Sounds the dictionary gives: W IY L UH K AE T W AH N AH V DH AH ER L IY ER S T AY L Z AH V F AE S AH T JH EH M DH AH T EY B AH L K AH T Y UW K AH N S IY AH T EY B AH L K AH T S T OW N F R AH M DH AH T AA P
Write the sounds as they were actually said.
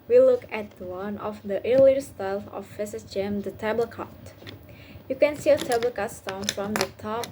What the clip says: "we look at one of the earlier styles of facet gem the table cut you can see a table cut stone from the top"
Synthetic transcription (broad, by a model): W IY L UH K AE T W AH N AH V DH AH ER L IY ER S T AY L AH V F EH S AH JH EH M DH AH T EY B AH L K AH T Y UW K AH N S IY AH T EY B AH L K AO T S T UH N F R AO M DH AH T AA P